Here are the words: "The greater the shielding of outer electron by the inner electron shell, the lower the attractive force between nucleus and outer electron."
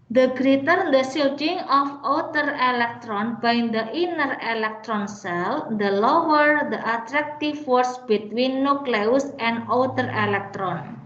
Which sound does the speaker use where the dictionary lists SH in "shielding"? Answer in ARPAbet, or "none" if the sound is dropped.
S